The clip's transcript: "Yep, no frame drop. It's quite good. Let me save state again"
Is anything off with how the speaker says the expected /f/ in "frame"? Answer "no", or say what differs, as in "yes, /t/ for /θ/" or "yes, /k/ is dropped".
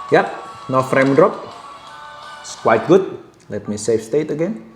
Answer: no